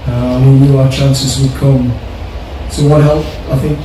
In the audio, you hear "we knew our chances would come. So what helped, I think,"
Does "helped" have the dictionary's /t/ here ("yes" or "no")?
no